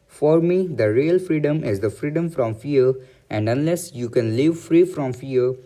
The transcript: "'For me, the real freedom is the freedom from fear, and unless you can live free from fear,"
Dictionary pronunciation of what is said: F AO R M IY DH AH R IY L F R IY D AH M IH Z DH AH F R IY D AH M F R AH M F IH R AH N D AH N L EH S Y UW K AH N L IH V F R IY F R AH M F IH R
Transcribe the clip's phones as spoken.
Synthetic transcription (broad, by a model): F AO R M IY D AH R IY L F R IY D AH M IH Z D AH F R IY D AH M F R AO M F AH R AH N D AH N L EH S Y UW K AH N L IH V F R IY F R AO M F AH R